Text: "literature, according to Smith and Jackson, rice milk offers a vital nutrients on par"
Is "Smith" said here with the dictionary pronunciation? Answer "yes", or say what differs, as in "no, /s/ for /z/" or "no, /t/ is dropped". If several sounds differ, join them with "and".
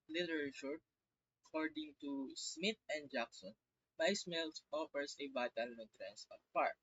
no, /t/ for /θ/